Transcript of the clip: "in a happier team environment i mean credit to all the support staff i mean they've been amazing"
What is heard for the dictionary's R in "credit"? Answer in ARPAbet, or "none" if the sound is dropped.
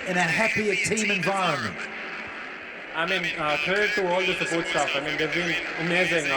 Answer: none